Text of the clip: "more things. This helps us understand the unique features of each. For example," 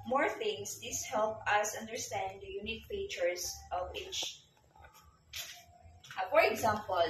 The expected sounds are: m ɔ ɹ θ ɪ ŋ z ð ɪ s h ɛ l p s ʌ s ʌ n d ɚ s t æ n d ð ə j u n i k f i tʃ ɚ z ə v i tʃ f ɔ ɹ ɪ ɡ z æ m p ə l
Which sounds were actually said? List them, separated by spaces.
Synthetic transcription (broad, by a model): m ɔ ɹ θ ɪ ŋ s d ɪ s h ɛ l p ʌ s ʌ n d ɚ s t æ n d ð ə j u n i k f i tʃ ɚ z ə v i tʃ f ɔ ɹ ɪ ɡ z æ m p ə l